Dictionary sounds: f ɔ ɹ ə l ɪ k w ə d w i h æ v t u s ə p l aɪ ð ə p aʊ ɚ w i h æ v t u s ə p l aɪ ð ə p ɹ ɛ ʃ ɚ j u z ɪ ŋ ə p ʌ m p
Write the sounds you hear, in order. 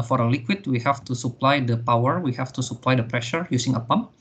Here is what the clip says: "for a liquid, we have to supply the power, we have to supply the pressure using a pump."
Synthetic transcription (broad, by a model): f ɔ ɹ ə l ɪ k w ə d w i h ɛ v t u s ə p l aɪ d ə p aʊ ɚ w i h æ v t u s ə p l aɪ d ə p ɹ ɛ ʃ ɚ j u s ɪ ŋ ə p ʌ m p